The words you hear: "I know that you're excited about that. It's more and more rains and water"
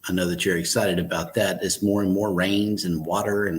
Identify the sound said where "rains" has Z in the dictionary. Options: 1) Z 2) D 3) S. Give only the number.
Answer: 1